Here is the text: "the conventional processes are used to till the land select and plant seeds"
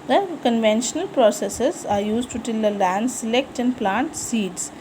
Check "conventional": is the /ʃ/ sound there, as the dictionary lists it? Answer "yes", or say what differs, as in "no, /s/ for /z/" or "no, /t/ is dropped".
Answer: yes